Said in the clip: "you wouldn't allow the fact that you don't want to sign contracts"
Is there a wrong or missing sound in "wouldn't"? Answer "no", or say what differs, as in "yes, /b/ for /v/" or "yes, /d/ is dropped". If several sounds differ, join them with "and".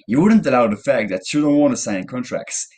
no